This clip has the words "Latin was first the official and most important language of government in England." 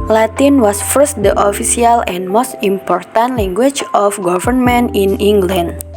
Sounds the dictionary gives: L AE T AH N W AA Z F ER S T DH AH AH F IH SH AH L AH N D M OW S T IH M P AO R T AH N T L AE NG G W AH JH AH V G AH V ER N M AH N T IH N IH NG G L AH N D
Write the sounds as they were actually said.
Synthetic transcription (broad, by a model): L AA T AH N W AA S F ER S T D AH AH F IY S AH L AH N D M OW S T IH M P AO R T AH N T L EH NG G W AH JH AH F G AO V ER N M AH N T IH N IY NG G L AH N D